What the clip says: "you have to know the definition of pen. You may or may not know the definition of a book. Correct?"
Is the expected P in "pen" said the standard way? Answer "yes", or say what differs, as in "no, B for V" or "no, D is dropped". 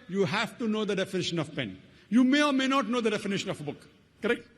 yes